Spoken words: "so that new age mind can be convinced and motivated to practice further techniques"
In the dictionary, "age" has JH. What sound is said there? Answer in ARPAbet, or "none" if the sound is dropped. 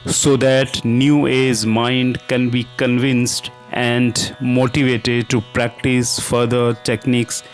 Z